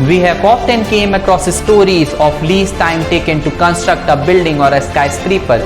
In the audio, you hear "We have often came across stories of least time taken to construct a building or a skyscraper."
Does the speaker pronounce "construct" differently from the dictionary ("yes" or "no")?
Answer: no